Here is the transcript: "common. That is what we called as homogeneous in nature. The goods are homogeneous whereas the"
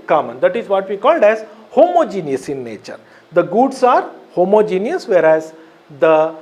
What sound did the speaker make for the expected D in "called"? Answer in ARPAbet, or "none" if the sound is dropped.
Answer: D